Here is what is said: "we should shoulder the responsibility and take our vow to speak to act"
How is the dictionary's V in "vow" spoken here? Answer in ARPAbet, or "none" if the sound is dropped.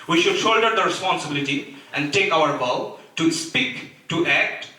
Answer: B